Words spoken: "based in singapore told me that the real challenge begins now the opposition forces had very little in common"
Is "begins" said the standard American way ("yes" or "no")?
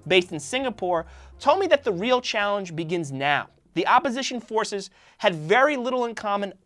yes